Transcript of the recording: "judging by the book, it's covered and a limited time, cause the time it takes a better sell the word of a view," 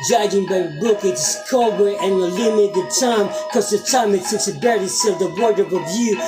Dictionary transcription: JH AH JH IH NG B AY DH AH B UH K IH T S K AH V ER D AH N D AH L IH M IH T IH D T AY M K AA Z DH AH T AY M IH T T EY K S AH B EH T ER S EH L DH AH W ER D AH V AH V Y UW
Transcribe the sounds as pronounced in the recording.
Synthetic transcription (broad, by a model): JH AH JH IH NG B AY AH B UH K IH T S K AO B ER AH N AH L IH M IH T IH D T AY M K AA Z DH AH T AY M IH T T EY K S AH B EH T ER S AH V DH AH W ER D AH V AH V Y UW